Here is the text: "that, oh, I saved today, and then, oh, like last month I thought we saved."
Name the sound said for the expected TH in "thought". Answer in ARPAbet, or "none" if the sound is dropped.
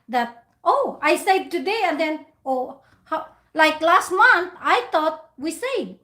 T